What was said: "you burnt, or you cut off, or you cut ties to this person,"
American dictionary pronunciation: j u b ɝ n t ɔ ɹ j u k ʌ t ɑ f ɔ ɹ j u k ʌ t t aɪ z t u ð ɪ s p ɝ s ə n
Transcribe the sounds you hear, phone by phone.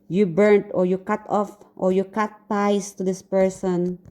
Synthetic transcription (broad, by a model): j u b ɝ n t ɔ ɹ j u k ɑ t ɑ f ɔ ɹ j u k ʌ t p aɪ s t u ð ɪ s p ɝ s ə n